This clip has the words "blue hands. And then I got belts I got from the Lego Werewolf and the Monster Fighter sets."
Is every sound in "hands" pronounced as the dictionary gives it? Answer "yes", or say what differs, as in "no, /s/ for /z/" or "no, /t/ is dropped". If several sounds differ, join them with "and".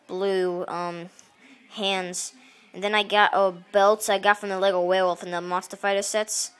yes